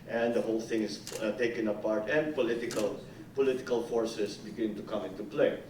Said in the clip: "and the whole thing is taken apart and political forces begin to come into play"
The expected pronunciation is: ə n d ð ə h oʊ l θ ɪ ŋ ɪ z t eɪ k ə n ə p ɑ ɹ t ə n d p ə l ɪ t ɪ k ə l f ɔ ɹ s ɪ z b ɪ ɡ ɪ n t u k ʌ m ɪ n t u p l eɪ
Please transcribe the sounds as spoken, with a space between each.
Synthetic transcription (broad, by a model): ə n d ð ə h oʊ l θ ɪ ŋ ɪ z t eɪ k ə n ə p ɑ ɹ t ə n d p ə l ɪ t ɪ k ə l f ɔ ɹ s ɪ s b ɪ ɡ ɪ n t u k ʌ m ɪ n t u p l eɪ